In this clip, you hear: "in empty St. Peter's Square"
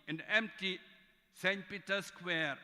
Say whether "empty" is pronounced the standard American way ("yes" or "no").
yes